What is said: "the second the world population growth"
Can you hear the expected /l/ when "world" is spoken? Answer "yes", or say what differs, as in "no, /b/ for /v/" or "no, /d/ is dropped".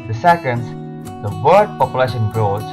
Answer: no, /l/ is dropped